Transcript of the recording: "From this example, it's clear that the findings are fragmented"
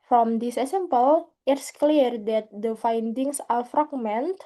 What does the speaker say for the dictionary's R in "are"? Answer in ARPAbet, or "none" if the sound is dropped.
L